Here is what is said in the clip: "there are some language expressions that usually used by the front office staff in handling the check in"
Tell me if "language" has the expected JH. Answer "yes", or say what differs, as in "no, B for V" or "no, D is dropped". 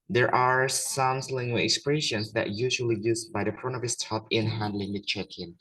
no, JH is dropped